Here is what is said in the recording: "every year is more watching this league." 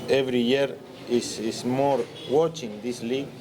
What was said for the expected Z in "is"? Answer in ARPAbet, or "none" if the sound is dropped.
S